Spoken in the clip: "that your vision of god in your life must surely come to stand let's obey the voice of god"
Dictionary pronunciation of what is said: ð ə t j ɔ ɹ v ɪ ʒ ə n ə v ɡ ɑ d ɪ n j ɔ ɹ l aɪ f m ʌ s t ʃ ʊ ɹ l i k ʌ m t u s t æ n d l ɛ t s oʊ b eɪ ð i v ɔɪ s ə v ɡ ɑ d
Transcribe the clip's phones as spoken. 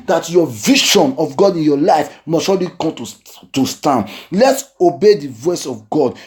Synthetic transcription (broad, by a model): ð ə t j ɔ v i ʃ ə n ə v ɡ ɑ d ɪ n j ɔ l aɪ f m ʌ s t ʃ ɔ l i k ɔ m t u s t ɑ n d l ɛ t s oʊ b eɪ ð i v ɔɪ s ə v ɡ ɑ d